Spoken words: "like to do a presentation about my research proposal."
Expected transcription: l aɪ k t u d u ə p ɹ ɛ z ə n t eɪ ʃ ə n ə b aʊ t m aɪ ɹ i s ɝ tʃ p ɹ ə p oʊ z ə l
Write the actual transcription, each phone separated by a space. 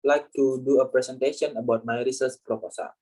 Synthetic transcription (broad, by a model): l aɪ k t u d u ə p ɹ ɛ s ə n t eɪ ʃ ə n ə b aʊ t m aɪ ɹ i s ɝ s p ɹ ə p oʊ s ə